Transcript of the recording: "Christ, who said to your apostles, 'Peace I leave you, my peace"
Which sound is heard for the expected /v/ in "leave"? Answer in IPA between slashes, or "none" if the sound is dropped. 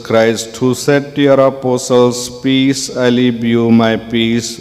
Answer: /b/